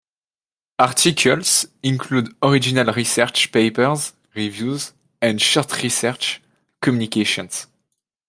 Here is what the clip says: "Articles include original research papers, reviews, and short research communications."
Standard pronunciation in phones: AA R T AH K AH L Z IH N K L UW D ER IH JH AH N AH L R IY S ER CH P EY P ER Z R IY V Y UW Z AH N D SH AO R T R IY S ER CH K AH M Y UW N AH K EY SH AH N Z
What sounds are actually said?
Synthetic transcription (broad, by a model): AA R T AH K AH L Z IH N K L UW D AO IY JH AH N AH L R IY S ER CH P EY P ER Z R IY V Y UW Z AH N D SH AO R T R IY S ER CH K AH M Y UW N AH K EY SH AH N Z